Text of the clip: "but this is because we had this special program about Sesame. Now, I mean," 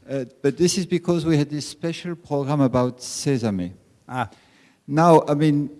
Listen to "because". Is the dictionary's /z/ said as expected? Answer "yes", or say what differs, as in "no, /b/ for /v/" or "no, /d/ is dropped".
yes